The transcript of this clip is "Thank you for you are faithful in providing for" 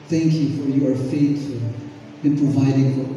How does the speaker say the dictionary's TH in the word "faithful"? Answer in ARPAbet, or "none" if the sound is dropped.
T